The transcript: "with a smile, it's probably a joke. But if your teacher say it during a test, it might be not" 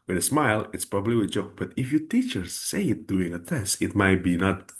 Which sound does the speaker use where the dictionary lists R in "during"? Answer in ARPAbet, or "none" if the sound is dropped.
none